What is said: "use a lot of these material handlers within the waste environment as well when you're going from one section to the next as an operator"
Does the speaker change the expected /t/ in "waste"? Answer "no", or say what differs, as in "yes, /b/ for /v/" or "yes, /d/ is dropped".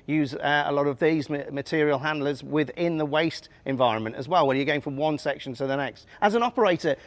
no